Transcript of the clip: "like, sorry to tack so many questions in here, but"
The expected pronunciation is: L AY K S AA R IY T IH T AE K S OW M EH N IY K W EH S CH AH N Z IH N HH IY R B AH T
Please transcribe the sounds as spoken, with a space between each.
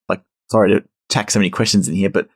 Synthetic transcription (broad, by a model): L AY K S AA R IY T IH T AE K S OW M EH N IY K W EH S CH AH N Z IH N HH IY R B AH T